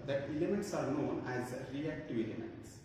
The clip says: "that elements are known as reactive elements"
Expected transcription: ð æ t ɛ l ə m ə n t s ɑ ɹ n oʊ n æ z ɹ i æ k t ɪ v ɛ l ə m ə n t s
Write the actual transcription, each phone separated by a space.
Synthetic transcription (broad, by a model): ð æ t ɛ l ə m ə n t s ɑ ɹ n oʊ n æ z ɹ i æ k t ɪ v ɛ l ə m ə n t s